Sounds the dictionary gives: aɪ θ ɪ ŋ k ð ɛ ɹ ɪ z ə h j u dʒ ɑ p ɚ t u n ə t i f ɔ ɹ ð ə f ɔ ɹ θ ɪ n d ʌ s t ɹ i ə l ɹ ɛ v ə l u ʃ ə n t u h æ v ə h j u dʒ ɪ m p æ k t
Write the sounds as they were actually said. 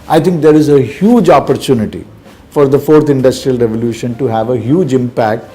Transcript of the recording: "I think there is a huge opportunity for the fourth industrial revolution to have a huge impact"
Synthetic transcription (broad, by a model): aɪ t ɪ ŋ k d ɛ ɹ ɪ z ə h j u dʒ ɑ p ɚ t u n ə t i f ɔ ɹ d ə f ɔ ɹ t ɪ n d ʌ s t ɹ i ə l ɹ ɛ v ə l u ʃ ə n t u h æ v ə h j u dʒ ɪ m p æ k t